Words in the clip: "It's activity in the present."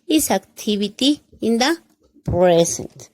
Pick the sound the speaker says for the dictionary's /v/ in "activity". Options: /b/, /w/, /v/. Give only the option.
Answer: /b/